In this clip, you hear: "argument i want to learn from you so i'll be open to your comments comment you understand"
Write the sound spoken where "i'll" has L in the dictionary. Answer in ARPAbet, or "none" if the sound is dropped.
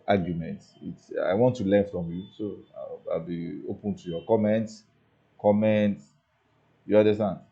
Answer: L